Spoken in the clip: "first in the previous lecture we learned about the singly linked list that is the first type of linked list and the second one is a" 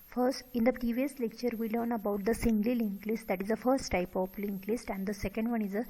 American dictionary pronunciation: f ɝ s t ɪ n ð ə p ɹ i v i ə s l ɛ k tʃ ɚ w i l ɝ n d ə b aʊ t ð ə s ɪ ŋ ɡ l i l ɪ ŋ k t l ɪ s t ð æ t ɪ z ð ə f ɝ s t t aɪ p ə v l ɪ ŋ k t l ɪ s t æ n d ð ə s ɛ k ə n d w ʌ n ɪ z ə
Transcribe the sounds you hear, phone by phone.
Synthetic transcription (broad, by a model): f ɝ s t ɪ n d ə p ɹ i v i ə s l ɛ k tʃ ɚ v i l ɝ n ə b aʊ t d ə s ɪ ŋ ɡ l i l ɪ ŋ k l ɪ s t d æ t ɪ z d ə f ɝ s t t aɪ p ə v l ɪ ŋ k l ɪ s t æ n d ə s ɛ k ə n d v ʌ n ɪ z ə